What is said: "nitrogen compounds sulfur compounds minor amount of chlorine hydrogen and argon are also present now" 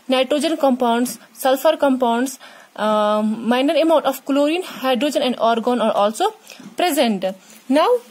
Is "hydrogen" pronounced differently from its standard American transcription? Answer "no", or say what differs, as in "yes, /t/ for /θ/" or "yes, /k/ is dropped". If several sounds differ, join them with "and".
no